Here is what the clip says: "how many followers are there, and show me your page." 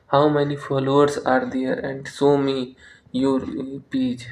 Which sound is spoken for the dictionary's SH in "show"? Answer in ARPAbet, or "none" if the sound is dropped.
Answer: S